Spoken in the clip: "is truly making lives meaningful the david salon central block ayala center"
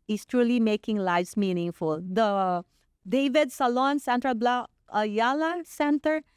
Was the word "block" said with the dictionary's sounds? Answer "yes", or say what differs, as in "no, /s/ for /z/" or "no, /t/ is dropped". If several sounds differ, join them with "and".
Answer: no, /k/ is dropped